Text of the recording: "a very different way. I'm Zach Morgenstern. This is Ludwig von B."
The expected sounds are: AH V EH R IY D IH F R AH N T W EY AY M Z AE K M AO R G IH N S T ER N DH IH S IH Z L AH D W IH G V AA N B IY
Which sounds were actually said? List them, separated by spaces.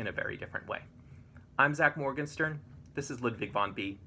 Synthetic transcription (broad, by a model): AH V EH R IY D IH F R AH N T W EY AY M Z AE K M AO R G IH N S T ER N DH IH S IH Z L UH D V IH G V AA N B IY